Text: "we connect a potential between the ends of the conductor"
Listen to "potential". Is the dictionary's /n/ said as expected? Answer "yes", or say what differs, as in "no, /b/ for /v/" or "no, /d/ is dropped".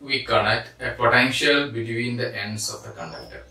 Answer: yes